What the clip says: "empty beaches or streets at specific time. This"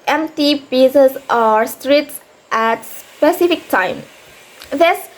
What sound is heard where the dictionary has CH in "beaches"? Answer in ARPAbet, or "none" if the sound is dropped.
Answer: S